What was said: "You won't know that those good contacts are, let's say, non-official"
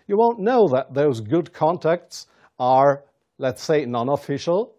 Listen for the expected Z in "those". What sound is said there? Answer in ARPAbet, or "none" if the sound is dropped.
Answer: Z